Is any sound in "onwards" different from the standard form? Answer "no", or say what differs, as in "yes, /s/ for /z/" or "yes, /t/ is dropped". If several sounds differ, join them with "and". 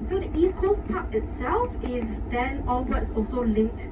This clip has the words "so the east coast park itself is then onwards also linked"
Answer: yes, /l/ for /n/